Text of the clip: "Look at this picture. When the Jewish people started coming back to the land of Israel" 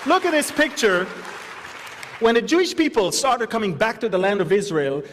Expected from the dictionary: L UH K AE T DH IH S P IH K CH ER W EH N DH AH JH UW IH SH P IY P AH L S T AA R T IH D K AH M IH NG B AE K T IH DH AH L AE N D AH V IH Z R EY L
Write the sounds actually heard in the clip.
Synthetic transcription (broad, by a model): L UH K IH T DH IH S P IH K CH ER W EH N DH AH JH UW IH SH P IY P AH L S T AA R T IH D K AH M IH NG B AE K T IH DH AH L AE N D AH V IH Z R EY L